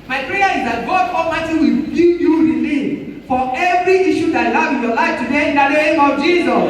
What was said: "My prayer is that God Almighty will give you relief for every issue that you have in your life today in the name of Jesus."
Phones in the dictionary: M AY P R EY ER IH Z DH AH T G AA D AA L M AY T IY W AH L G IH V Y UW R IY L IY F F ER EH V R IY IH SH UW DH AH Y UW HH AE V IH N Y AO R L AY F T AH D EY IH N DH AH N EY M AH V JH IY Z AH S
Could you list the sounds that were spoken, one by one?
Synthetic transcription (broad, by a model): M AY P R EY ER IH Z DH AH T G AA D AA M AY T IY W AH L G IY P Y UW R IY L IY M F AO EH V R IY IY SH UW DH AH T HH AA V IH N Y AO L AY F T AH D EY IH N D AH N EY M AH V JH IY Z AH S